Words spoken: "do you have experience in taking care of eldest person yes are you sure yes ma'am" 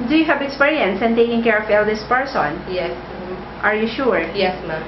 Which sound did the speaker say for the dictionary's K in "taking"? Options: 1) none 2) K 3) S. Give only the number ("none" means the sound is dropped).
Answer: 2